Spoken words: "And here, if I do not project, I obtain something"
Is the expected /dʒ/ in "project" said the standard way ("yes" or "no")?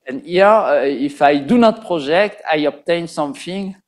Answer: no